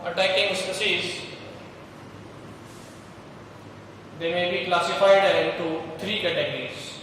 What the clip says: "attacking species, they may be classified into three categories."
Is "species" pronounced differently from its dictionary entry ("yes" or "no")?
yes